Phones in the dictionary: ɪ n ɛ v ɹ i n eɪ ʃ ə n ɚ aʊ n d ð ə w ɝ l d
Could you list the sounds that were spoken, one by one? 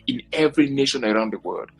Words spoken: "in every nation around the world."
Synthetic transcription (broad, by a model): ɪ n ɛ v ɹ i n eɪ ʃ ə n ɚ aʊ n d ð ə w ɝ l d